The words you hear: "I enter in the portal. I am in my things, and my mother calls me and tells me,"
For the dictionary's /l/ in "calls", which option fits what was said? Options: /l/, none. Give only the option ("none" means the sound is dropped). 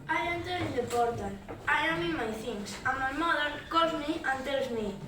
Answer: none